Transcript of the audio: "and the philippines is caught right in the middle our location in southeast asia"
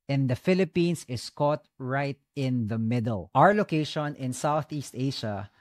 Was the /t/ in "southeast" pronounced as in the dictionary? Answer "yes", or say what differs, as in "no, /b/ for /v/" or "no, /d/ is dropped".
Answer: yes